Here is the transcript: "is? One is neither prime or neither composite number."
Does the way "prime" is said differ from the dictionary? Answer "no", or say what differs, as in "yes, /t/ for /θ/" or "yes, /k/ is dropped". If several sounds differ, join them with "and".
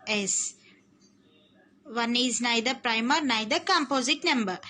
no